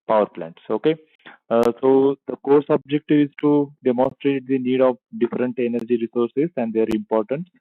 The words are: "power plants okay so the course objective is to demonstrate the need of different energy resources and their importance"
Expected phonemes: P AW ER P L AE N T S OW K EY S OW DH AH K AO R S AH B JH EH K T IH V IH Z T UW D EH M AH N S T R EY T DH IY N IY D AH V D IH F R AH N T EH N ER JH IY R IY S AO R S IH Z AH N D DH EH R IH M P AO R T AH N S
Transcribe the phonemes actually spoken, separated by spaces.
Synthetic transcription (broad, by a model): P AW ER P L AE N T S OW K EY S OW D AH K AO R S AH B JH EH K T IH V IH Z T UW D EH M AH N S T R EY T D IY N IY D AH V D IH F R AH N T EH N ER JH IY R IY S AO R S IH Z AH N D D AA R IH M P AO R T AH N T